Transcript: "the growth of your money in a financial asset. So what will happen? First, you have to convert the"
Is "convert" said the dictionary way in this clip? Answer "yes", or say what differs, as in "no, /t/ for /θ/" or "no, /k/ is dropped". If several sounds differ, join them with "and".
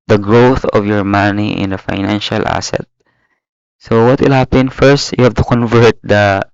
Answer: yes